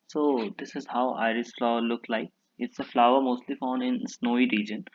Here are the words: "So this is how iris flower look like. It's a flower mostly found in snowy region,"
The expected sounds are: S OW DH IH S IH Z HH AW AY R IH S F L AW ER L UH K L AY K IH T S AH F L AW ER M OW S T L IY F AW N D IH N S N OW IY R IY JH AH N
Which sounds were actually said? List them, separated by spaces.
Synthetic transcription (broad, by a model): S OW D IH S IH Z HH AW AY R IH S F L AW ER L UH K L AY K IH T S AH F L AW ER M OW S T L IY F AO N IH N S N OW IY R IY JH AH N